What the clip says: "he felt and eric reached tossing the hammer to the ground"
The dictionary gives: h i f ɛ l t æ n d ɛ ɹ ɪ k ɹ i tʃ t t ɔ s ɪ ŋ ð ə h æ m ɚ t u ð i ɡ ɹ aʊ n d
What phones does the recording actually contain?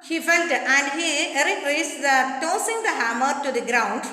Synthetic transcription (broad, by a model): h i f ɛ l t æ n d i ɹ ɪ ɹ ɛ s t t ɔ s ɪ ŋ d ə h æ m ɚ t u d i ɡ ɹ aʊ n d